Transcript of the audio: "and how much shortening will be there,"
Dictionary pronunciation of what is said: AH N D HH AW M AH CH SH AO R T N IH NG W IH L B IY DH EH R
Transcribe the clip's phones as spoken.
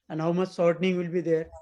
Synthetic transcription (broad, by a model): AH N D HH AW M AH CH S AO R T N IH NG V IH L B IY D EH R